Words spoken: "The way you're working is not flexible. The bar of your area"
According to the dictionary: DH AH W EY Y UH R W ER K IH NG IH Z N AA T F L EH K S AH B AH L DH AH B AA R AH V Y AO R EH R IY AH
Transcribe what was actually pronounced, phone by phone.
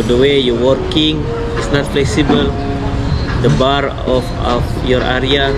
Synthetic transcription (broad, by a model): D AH W EY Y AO W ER K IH NG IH S N AA T F L EH K S AH B AH L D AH B AA R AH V Y AO R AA R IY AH